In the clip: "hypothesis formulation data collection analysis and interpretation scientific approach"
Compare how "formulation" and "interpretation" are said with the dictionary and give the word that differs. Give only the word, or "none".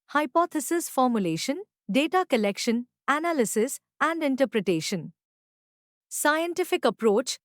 none